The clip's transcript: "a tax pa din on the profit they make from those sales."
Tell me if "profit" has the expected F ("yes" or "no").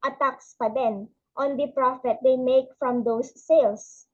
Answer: yes